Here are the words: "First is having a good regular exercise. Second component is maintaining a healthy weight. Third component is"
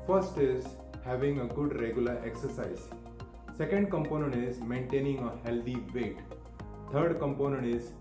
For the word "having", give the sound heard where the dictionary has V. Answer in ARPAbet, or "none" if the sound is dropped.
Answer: V